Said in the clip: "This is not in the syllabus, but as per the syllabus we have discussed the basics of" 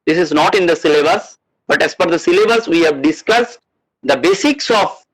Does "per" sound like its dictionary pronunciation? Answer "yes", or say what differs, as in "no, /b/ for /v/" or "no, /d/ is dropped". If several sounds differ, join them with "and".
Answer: no, /f/ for /p/